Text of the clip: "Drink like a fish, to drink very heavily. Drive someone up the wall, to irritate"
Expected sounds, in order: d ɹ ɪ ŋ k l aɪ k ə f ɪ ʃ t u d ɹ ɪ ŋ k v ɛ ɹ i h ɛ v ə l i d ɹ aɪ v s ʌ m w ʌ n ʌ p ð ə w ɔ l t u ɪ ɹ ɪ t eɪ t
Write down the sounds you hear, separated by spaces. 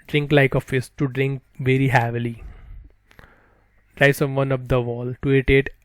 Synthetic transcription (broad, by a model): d ɹ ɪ ŋ k l aɪ k ə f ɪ s t u d ɹ ɪ ŋ k v ɛ ɹ i h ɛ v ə l i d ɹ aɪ s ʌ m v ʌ n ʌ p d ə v ɔ l t u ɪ t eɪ t